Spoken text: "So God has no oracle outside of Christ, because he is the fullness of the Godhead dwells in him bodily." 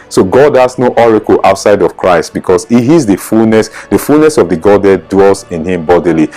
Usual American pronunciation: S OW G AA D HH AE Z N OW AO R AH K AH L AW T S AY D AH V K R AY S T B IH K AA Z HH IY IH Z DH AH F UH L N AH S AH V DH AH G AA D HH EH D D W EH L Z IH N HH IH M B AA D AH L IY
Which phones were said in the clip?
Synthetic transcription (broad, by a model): S OW G AA D HH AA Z N OW AO R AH K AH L AW T S AY D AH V K R AY S T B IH K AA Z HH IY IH S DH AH F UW L N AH S AH V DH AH G AA D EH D D W EH L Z IH N HH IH M B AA D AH L IY